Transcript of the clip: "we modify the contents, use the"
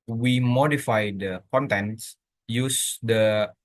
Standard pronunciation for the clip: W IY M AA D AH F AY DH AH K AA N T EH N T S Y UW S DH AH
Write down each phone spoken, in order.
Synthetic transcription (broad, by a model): W IY M AA D AH F AY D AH K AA N T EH N S Y UW S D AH